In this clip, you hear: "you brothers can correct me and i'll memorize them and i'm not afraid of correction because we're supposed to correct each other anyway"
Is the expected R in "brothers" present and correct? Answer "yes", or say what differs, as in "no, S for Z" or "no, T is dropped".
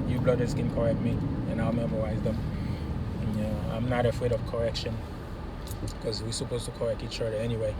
no, L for R